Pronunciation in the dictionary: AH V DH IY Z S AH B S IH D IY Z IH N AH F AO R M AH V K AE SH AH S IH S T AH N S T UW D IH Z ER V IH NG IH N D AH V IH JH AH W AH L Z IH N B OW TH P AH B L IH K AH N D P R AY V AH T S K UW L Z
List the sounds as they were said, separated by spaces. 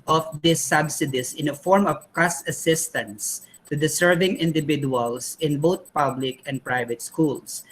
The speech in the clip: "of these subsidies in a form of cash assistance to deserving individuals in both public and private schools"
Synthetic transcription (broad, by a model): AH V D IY S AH B S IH D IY S IH N AH F AO R M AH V K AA S AH S IH S T AH N S T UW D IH S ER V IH NG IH N D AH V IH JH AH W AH L S IH N B OW T P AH B L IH K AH N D P R AY V AH T S K UW L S